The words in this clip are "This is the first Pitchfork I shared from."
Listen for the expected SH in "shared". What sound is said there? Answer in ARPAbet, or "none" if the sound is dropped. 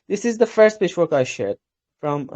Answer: SH